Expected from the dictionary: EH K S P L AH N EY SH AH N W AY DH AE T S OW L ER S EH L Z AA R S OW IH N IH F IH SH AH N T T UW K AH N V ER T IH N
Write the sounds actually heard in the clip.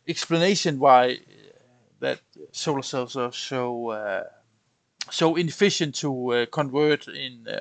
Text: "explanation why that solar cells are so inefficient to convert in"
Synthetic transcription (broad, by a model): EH K S P L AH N EY SH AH N W AY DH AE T S OW L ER S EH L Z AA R S OW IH N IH F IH SH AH N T T UW K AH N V ER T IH N